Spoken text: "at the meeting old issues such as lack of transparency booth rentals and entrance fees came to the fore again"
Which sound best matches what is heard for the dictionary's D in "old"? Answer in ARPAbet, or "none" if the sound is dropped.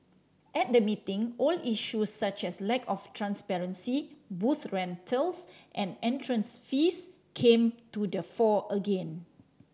none